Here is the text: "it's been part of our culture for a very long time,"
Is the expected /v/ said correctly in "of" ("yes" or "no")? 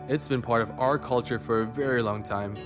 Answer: yes